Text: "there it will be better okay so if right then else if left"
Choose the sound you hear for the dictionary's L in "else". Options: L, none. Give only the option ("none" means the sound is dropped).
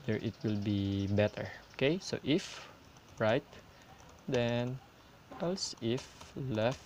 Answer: L